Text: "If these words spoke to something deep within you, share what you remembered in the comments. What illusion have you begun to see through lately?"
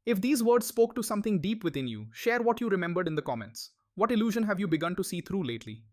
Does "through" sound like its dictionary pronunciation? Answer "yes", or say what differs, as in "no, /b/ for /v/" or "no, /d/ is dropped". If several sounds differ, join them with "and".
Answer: no, /t/ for /θ/